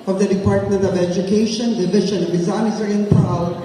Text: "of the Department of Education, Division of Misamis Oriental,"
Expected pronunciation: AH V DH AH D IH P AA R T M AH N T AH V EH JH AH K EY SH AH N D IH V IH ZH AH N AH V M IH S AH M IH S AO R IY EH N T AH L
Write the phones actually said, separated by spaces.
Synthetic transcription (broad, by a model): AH V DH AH D IH P AA R T M AH N T AH V EH JH AH K EY SH AH N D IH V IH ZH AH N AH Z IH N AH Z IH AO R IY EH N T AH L